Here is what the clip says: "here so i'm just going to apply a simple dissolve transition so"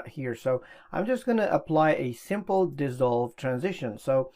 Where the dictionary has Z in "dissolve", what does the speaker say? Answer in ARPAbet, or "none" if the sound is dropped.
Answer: Z